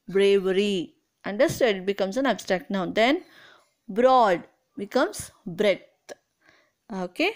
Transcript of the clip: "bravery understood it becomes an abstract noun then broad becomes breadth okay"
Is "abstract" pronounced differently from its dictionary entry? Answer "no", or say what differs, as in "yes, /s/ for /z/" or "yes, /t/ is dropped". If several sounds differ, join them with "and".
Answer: no